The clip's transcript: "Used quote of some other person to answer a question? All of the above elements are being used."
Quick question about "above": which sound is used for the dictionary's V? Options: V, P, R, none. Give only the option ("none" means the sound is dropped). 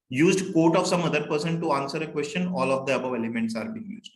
V